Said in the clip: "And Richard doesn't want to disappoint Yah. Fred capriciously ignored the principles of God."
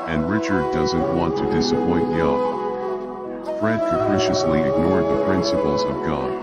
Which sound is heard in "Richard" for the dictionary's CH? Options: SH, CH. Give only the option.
CH